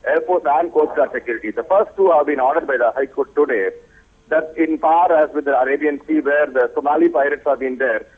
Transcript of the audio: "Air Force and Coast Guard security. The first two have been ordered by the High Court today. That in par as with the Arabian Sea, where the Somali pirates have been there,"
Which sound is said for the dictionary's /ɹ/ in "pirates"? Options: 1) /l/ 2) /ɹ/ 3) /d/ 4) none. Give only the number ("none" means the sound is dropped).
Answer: 2